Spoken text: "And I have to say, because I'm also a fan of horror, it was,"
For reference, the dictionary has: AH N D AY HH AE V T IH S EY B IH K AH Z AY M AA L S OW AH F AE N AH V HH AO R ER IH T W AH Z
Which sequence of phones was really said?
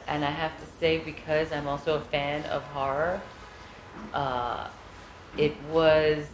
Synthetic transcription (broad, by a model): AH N AY HH AE F T IH S EY B IH K AH Z AY M AA L S OW AH F AE N AH V HH AO R ER IH T W AH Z